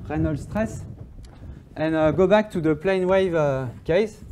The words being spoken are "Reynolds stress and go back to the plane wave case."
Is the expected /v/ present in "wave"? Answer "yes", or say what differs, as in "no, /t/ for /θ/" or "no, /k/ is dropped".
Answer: yes